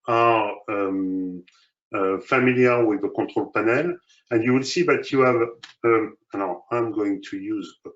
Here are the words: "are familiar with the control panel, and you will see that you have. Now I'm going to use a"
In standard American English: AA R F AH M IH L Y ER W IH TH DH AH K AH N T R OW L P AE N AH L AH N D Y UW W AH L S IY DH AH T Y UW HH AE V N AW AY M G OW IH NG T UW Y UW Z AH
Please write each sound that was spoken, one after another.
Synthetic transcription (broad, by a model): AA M F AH M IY L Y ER W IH DH AH K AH T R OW L P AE N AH L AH N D Y UW W AH L S IY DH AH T Y UW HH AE V L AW AY M G OW IH NG T UW Y UW Z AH